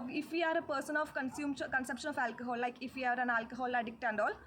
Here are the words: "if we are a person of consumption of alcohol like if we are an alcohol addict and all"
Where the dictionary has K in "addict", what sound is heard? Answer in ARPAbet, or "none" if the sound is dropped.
K